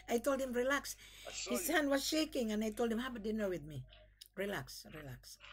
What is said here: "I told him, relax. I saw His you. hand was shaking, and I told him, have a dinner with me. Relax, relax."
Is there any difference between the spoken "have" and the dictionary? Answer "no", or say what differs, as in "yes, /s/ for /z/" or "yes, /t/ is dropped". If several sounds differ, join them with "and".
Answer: yes, /b/ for /v/